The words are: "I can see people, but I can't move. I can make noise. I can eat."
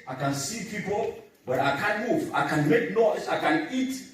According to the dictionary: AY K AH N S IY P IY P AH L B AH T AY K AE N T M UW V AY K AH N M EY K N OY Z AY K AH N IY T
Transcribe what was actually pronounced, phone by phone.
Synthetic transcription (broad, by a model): AY K AH N S IY P IY P AH L B AH T AY K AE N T M UW V AY K AH N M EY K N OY S AY K AH N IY T